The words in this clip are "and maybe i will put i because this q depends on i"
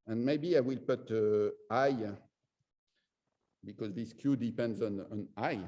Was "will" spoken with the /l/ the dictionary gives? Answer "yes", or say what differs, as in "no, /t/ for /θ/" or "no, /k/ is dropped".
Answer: yes